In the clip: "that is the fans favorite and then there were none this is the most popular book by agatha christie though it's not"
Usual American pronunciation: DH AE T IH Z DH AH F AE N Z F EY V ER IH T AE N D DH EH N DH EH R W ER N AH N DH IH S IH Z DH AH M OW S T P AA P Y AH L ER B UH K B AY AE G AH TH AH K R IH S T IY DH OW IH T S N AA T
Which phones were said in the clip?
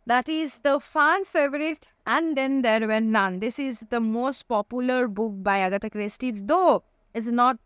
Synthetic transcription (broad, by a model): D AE T IH Z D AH F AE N F EY V ER IH T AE N D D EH N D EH R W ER N AH N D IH S IH Z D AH M OW S T P AA P Y AH L ER B UH K B AY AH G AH T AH K R IH S T IY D OW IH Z N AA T